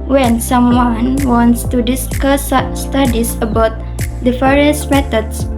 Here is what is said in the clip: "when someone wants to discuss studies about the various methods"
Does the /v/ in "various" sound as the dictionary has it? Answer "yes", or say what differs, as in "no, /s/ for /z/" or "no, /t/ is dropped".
no, /f/ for /v/